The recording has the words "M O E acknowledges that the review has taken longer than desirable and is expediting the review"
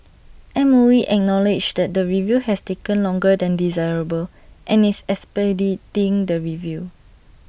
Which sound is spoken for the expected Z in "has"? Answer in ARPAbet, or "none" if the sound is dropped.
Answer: S